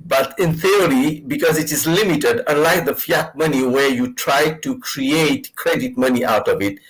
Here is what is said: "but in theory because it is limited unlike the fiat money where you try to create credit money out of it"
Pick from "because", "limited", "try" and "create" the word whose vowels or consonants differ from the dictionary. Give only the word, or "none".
none